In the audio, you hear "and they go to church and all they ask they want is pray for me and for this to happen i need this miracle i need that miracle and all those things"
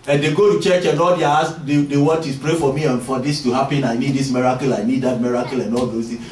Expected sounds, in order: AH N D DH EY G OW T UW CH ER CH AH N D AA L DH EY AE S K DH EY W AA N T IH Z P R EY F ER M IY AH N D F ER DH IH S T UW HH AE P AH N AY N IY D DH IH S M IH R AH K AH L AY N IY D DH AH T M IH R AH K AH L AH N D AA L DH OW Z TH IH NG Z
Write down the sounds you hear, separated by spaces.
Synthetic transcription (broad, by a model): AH N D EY G OW T UW CH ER CH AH N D AA L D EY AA S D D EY W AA T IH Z P R EY F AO M IY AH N F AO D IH S T UW HH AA P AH N AY N IY D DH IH S M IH R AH K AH L AY N IY D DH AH T M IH R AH K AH L AH N D AA L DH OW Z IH